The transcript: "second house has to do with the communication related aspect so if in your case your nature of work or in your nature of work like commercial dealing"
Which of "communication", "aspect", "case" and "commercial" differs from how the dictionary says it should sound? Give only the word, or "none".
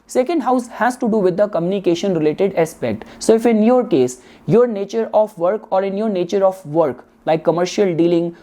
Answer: none